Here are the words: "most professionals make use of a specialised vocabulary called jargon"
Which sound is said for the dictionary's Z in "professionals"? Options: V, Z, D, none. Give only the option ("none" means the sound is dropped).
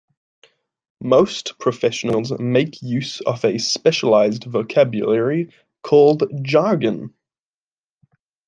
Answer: Z